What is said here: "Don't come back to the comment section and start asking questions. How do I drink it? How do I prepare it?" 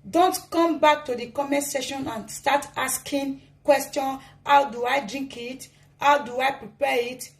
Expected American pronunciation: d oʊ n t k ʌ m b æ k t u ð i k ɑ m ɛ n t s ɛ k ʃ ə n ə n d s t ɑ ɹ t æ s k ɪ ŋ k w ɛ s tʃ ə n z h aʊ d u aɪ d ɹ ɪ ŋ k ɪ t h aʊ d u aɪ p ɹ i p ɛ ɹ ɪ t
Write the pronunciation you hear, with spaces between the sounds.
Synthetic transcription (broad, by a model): d oʊ n t k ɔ m b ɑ k t u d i k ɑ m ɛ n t s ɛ ʃ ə n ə n s t ɑ t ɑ s k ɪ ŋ k w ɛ s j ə n h aʊ d u aɪ d ɹ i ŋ k ɪ t h aʊ d u aɪ p ɹ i p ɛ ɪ t